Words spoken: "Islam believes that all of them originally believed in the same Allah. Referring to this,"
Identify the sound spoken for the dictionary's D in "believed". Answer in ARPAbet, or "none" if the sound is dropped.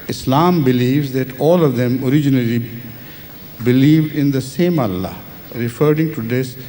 D